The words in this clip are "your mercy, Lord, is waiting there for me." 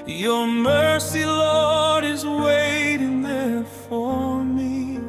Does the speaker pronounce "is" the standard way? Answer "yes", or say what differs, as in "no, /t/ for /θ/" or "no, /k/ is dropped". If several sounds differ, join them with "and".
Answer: yes